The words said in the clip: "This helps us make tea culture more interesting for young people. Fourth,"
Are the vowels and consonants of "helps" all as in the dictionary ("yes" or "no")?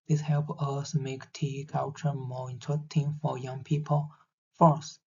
no